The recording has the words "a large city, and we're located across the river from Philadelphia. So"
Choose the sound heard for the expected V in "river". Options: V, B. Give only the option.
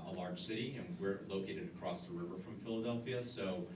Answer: V